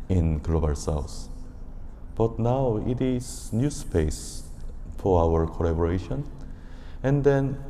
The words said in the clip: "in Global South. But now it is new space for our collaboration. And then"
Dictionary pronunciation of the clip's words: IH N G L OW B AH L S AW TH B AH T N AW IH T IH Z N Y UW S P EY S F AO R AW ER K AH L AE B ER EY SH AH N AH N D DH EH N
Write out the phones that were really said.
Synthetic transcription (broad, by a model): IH N G L OW B AH L S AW S B AH T N AW IH T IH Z N Y UW S P EY S F AO R AW ER K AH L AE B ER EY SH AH N AH N D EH N